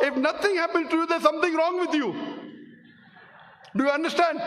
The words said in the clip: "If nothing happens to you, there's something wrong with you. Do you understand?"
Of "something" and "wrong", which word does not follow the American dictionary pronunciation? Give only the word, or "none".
something